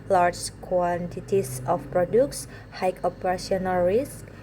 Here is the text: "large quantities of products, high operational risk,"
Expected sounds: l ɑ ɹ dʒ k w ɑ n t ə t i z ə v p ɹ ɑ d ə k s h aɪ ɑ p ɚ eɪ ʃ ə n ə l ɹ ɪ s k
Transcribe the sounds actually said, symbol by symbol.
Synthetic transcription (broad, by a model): l ɑ ɹ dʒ k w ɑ n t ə t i s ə f p ɹ ɑ d ə k s h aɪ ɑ p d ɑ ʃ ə n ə l ɹ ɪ s k